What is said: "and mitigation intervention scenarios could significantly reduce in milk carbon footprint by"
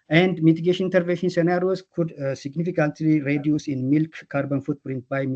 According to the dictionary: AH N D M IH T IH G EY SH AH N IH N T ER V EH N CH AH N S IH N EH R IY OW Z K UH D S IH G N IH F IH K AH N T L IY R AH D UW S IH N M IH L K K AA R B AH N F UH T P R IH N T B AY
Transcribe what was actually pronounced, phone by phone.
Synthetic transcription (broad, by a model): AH N D M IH T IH G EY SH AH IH N T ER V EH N SH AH N S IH N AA R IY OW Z K UH D S IH G N IH F IH K AH N T L IY R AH D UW S IH N M IH L K K AA R B AH N F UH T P R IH N T B AY